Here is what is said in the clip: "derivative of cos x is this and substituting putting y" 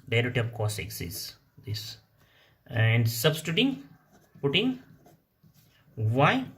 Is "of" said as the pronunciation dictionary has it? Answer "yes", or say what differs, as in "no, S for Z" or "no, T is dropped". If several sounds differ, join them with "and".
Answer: no, P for V